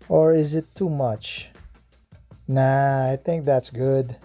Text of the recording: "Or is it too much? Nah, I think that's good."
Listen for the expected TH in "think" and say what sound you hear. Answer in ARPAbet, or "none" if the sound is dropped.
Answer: TH